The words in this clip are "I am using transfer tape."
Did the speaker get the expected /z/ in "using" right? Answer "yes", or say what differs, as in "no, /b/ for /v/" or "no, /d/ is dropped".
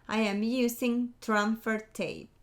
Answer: no, /s/ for /z/